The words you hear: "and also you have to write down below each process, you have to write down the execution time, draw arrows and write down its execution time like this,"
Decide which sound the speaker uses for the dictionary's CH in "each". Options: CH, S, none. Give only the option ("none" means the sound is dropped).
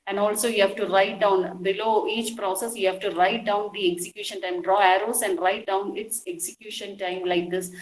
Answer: CH